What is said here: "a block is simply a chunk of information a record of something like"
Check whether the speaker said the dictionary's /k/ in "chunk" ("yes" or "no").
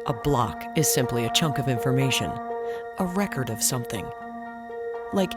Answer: yes